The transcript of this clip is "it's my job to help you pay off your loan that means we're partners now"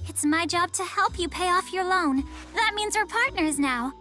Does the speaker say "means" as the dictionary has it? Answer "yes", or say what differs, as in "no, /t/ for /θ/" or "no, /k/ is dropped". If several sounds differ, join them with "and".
yes